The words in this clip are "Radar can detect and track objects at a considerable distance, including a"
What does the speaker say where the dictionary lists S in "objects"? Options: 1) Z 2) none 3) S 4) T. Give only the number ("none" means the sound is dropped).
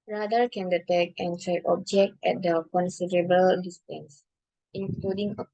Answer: 2